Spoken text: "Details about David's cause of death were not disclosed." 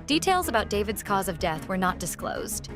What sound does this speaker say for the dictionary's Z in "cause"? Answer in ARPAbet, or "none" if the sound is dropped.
Z